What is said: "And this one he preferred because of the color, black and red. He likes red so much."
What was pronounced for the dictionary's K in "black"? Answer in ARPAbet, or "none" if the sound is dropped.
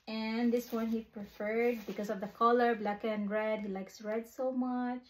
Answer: K